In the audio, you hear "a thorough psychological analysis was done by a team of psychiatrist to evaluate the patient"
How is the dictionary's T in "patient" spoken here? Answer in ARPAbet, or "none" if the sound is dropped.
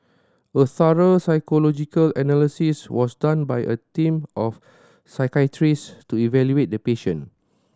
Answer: none